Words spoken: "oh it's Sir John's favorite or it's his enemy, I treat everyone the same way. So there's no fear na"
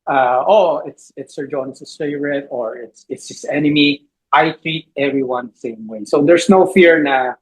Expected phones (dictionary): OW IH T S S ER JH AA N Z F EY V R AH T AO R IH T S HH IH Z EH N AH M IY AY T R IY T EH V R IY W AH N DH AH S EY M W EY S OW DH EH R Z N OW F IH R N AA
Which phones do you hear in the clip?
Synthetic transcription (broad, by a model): OW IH T S S ER JH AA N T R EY R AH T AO R IH T S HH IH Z EH N AH M IY AY T R IY T EH V R IY W AH N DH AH S EY M W EY S OW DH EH R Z N OW F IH R N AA